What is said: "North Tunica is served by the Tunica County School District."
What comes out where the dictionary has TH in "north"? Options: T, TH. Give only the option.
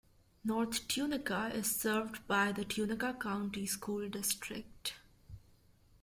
T